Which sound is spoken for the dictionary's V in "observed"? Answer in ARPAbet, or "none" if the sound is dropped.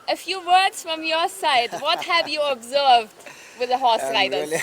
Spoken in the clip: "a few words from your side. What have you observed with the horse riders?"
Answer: V